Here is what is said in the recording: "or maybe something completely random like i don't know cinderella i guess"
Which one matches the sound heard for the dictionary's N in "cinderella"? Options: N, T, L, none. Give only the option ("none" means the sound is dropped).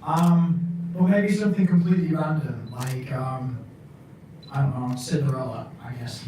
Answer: none